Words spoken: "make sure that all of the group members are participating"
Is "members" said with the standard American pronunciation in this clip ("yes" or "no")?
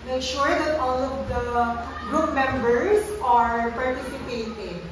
no